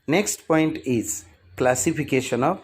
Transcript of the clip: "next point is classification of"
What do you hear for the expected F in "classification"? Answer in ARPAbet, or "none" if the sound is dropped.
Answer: P